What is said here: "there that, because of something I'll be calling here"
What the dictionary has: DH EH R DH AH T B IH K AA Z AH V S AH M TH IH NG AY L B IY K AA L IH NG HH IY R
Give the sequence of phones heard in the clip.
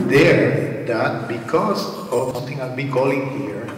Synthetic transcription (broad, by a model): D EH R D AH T B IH K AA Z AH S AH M T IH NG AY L B IY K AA L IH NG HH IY R